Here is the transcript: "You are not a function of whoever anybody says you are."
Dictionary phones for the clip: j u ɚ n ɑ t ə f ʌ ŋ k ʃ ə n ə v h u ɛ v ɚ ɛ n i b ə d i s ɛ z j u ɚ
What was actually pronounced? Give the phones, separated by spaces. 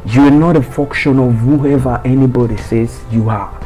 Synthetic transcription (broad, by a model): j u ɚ n ɑ t ə f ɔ k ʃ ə n ə v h u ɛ v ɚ ɛ n i b ə d i s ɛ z j u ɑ